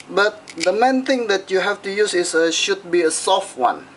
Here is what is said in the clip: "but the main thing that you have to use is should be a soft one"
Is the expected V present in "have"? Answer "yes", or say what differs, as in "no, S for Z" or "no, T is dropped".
no, F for V